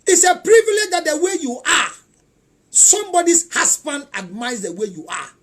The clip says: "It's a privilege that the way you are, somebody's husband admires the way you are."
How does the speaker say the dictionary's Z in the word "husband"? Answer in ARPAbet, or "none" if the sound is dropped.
S